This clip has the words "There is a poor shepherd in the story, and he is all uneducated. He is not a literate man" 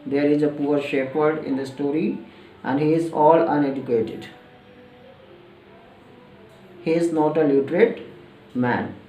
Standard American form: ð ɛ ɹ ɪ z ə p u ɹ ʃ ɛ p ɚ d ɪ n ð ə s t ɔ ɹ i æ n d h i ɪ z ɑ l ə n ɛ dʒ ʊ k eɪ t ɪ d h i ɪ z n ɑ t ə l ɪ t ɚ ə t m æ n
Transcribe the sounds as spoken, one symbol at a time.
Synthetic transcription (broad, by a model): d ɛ ɹ ɪ z ə p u ɹ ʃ ɛ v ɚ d ɪ n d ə s t ɔ ɹ i æ n d h i ɪ z ɑ l ə n ɛ dʒ ʊ k eɪ t ɪ d h i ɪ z n ɑ t ə l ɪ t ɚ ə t m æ n